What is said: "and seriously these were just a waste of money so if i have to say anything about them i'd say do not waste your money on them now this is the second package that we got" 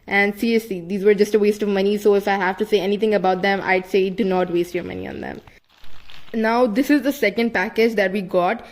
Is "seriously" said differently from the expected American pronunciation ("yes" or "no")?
yes